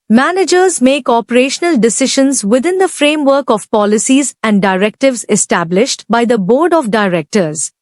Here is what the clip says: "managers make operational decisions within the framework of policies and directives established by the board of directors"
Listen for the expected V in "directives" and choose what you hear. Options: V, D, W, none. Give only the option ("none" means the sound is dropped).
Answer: V